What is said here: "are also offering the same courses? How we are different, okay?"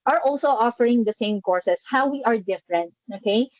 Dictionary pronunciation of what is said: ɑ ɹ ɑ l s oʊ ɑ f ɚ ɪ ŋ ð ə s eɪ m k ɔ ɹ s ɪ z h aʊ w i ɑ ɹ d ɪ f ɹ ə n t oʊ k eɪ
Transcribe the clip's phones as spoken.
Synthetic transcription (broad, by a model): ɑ ɹ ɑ l s oʊ ɑ f ɚ ɪ ŋ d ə s eɪ m k ɔ ɹ s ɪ s h aʊ w i ɑ ɹ d ɪ f ɹ ə n t oʊ k eɪ